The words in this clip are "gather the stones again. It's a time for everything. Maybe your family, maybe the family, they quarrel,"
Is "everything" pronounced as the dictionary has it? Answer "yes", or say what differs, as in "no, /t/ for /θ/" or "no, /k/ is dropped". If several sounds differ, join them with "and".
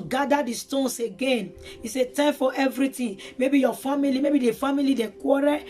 no, /t/ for /θ/